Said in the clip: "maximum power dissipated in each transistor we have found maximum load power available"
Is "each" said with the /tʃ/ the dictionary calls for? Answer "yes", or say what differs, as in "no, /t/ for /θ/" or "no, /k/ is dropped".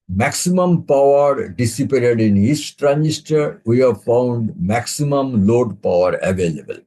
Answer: no, /s/ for /tʃ/